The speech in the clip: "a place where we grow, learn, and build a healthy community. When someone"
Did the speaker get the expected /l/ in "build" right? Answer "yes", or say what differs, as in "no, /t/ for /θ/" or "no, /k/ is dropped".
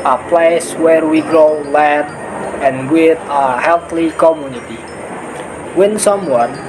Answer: no, /l/ is dropped